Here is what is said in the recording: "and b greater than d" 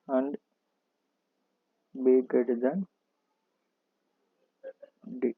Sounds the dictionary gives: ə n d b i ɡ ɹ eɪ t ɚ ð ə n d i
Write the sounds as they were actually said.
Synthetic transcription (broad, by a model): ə n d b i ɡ eɪ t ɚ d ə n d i